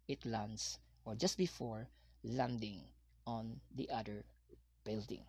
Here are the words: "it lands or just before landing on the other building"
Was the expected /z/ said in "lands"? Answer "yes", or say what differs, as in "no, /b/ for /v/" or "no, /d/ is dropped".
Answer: no, /s/ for /z/